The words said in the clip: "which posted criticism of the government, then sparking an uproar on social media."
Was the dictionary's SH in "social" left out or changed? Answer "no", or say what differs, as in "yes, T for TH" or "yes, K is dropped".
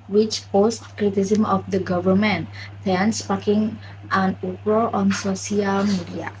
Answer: yes, S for SH